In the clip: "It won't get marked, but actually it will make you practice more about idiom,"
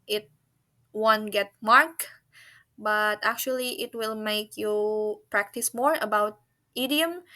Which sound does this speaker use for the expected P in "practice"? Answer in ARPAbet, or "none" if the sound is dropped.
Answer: P